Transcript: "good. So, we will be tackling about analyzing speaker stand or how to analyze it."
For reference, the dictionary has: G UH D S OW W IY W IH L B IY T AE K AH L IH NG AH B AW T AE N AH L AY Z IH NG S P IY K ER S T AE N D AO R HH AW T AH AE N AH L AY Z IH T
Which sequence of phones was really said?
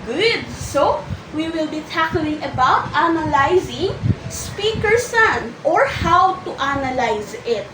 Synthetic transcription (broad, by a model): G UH D S OW W IY W IH L B IY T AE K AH L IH NG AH B AW T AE N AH L AY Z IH NG S P IY K ER S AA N AO R HH AW T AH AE N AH L AY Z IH T